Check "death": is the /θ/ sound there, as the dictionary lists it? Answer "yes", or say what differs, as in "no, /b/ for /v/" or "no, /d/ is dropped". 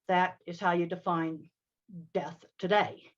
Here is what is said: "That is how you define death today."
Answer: yes